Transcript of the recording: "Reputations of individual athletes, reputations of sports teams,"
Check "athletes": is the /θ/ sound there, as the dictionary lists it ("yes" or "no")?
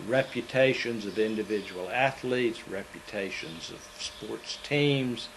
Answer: yes